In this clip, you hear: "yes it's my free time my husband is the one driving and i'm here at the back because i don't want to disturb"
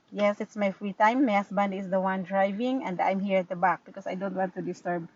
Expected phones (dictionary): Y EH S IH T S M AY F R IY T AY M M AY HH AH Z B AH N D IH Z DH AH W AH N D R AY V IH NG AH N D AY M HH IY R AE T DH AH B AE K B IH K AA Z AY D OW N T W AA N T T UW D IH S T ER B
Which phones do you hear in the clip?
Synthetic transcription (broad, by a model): Y EH S IH T S M AY F R IY T AY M M AY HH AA S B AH N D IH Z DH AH W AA N D R AY V IH NG AH N D AY M HH IY R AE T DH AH B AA K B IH K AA S AY D OW N T W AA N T T UW D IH S T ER B